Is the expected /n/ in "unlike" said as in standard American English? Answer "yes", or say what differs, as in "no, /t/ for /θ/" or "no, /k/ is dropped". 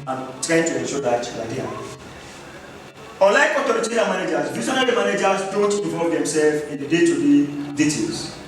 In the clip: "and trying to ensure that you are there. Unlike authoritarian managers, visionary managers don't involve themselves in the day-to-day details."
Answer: no, /n/ is dropped